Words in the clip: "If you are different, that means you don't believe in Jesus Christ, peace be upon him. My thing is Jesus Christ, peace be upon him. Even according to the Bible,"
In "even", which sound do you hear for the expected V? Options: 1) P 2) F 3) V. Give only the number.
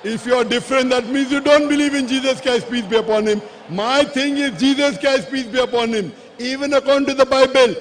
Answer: 3